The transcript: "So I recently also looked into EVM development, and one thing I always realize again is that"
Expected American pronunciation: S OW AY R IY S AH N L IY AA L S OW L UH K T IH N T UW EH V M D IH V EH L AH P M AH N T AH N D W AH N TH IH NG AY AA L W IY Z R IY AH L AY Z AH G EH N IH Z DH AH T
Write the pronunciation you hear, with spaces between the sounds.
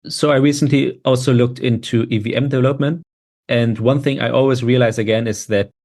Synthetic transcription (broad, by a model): S OW AY R IY S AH N L IY AA L S OW L UH K T IH N T UW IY V M D IH V EH L AH P M AH N T AH N D W AH N TH IH NG AY AA L W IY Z R IY AH L AY Z AH G EH N IH Z DH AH T